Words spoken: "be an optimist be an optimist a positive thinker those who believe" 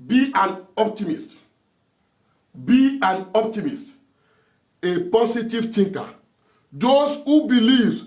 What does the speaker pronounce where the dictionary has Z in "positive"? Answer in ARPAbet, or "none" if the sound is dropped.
S